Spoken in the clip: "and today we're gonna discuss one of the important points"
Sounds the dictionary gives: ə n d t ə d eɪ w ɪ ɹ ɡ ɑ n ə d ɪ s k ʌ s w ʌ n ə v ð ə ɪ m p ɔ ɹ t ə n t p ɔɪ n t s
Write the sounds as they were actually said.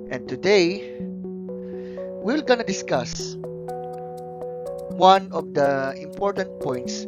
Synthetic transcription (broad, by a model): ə n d t ə d eɪ w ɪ l ɡ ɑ n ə d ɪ s k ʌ s w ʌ n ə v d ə ɪ m p ɔ ɹ t ə n t p ɔɪ n t s